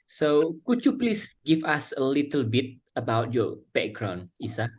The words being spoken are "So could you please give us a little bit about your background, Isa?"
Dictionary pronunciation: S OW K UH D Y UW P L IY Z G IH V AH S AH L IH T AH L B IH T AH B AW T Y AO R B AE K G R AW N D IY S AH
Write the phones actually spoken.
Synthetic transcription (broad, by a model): S OW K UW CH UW P L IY S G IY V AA S AH L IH T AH L B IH T AH B AW T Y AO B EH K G R AW N IY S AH